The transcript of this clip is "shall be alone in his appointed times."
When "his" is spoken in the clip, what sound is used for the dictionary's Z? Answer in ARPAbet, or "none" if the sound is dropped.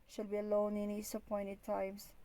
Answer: S